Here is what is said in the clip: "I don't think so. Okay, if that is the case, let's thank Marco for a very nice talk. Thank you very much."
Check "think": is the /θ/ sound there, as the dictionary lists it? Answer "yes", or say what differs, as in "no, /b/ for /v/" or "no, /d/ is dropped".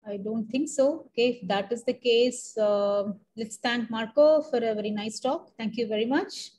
no, /t/ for /θ/